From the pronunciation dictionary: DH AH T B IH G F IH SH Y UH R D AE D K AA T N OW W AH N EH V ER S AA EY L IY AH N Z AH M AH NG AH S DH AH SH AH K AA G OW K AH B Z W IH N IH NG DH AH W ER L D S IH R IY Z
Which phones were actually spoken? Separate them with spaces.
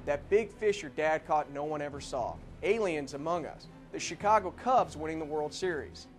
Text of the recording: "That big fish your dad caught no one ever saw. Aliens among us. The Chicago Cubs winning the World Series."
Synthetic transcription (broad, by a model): DH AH T B IH G F IH SH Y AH R D AE D K AA T N OW W AH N EH V ER S AA EY L IY AH N Z AH M AH NG AH S DH AH SH AH K AA G OW K AH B Z W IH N IH NG DH AH W ER L D S IH R IY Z